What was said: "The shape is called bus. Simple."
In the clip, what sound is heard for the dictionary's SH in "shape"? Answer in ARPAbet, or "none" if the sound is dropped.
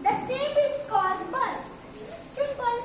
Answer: S